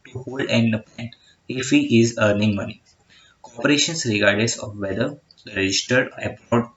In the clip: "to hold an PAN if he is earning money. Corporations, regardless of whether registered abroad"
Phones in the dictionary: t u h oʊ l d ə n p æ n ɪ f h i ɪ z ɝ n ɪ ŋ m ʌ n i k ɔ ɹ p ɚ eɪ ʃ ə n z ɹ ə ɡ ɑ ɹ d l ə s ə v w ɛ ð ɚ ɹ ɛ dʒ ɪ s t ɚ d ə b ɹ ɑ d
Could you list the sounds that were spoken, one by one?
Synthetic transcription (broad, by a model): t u h oʊ l d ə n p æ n ɪ f h i ɪ z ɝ n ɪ ŋ m ʌ n i k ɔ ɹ p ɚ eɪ ʃ ə n s ɹ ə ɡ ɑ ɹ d ə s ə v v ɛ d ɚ ɹ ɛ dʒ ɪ s t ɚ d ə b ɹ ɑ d